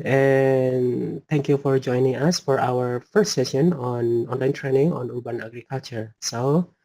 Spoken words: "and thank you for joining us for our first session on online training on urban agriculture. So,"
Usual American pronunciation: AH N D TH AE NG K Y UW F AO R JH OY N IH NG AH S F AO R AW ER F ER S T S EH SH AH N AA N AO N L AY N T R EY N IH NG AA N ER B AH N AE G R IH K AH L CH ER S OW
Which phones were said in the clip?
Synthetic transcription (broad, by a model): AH N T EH NG K Y UW F AO R JH OY N IH NG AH S F AO R AW ER F ER S T S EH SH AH N AA N AO N L AY N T R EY N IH NG AA N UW B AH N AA G R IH K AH L CH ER S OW